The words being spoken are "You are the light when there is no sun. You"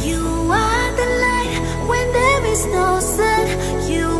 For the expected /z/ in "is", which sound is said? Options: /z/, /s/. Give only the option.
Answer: /z/